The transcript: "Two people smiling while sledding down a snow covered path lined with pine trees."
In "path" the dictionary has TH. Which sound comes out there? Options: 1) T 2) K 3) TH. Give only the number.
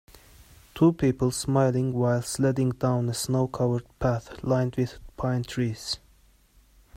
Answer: 3